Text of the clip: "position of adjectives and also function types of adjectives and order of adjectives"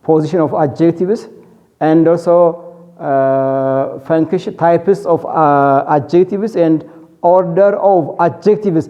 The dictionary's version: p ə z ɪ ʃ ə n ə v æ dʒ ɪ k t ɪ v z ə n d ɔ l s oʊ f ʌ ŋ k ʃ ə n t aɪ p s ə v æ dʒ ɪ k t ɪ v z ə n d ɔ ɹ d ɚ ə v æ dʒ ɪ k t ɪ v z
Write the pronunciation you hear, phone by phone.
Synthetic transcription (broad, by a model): p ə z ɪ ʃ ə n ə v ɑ dʒ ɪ k t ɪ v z ə n d ɔ l s oʊ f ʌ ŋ k ə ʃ t aɪ p s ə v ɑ dʒ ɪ k t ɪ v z ə n d ɔ ɹ d ɚ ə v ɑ dʒ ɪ k t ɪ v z